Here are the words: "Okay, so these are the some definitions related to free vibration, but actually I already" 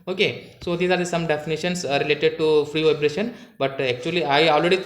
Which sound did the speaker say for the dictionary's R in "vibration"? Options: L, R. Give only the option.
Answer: R